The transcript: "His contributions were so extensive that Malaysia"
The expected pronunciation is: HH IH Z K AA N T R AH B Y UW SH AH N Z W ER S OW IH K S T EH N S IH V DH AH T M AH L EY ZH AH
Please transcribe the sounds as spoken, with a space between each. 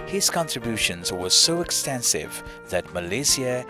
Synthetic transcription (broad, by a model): HH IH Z K AA N T R AH B Y UW SH AH N Z W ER S OW IH K S T EH N S IH V DH AH T M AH L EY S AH